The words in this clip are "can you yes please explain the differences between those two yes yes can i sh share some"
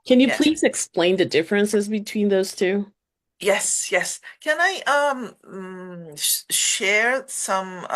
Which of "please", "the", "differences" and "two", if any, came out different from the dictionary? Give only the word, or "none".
none